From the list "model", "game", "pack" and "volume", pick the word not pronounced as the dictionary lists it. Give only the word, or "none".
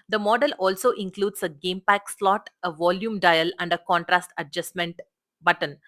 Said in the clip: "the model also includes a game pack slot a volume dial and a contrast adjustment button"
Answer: none